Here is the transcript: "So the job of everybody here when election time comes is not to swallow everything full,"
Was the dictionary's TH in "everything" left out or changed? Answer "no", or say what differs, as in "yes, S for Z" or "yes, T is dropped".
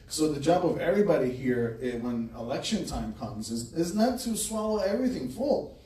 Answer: no